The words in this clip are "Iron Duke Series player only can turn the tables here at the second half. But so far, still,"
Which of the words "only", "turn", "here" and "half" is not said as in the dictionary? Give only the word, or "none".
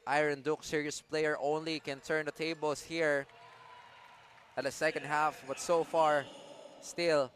none